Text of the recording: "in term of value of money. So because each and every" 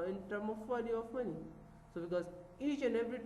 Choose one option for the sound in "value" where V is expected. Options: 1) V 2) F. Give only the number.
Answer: 2